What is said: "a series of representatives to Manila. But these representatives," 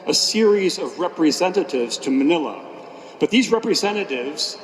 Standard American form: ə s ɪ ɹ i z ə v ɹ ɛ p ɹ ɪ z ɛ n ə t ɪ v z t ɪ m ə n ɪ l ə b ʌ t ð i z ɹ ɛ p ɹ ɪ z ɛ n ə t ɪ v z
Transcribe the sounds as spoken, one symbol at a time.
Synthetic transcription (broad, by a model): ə s ɪ ɹ i z ə v ɹ ɛ p ɹ ɪ z ɛ n ə t ɪ v z t ɪ m ə n ɪ l ə b ʌ t ð i z ɹ ɛ p ɹ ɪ z ɛ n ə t ɪ v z